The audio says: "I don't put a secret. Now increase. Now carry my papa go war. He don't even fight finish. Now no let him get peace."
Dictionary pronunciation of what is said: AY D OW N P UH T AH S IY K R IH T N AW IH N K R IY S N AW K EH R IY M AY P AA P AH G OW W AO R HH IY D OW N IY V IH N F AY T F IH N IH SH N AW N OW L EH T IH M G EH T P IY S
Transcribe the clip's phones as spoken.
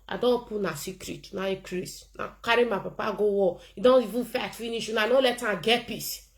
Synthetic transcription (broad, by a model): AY D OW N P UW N AH S IY K R IH T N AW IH K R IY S N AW K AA R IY M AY P AA P AH G OW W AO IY D OW N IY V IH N F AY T F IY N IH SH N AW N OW L EH T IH G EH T P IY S